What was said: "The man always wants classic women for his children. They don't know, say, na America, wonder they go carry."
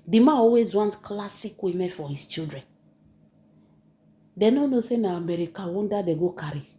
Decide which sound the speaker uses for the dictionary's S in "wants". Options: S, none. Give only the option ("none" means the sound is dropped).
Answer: none